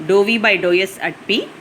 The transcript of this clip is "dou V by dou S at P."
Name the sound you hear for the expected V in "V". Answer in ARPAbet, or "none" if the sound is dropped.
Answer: V